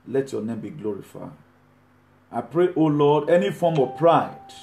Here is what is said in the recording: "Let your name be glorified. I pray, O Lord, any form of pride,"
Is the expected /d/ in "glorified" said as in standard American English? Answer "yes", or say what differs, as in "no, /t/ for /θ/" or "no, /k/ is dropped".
no, /d/ is dropped